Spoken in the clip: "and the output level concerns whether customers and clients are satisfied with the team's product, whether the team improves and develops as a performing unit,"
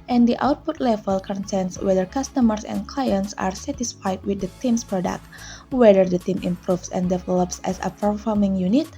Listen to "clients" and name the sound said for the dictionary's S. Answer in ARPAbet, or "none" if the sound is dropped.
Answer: S